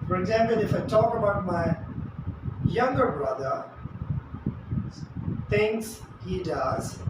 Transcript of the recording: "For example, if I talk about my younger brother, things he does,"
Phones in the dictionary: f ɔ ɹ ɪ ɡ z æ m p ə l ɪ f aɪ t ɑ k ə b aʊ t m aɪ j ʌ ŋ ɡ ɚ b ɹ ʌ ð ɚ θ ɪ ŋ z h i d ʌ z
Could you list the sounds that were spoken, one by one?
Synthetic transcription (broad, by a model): f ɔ ɹ ɪ ɡ z æ m p ə l ɪ f aɪ t ɑ k ə b aʊ t m aɪ j ʌ ŋ ɡ ɚ b ɹ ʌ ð ɚ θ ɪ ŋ s h i d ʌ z